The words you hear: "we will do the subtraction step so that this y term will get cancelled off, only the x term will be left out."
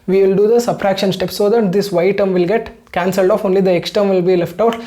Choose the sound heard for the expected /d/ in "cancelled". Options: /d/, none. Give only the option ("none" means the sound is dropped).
/d/